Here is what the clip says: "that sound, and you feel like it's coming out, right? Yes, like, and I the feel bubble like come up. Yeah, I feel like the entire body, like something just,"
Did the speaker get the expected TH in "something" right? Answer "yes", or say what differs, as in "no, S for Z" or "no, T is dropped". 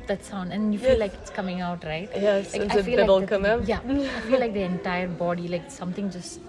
no, T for TH